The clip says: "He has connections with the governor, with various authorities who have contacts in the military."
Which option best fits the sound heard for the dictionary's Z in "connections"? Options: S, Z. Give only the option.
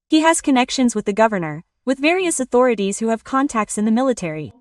Z